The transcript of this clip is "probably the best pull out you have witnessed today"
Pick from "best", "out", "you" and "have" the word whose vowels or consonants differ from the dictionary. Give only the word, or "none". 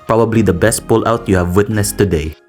none